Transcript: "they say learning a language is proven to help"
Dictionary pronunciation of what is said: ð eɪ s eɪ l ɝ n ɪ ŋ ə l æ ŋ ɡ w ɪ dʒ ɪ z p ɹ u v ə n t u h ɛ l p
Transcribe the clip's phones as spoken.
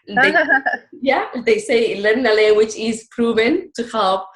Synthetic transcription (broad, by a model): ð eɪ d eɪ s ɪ l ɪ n ə l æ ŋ ɡ w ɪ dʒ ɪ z p ɹ u v ə n t u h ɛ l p